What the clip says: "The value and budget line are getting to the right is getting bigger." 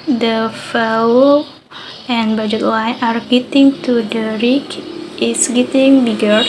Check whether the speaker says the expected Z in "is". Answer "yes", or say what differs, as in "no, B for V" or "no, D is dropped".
no, S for Z